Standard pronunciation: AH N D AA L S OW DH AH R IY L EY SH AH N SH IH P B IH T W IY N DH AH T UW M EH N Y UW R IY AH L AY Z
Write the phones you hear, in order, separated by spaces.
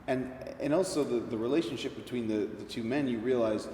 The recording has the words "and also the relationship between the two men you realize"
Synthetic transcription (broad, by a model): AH N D AA L S OW DH AH R IY L EY SH AH N SH IH P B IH T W IY N DH AH T UW M EH N Y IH R IY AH L AY Z